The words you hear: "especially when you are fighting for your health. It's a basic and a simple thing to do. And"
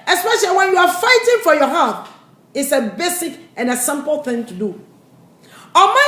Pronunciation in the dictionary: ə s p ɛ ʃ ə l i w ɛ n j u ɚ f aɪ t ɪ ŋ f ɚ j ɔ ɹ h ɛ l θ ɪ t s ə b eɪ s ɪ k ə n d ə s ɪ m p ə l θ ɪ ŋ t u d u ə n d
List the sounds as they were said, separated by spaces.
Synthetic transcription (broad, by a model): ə s p ɛ ʃ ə l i w ɛ n j u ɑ f aɪ t ɪ ŋ f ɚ j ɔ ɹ h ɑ θ ɪ t s ə b eɪ s ɪ k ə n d ə s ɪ m p l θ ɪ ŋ t u d u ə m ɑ